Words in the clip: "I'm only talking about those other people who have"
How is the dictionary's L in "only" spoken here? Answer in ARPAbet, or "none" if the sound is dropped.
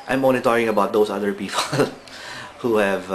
none